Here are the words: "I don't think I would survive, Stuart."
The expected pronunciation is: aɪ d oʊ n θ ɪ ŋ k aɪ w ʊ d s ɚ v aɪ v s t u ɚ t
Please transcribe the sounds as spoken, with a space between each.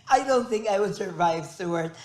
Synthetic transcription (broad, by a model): aɪ d oʊ n θ ɪ ŋ k aɪ w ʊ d s ɚ v aɪ v s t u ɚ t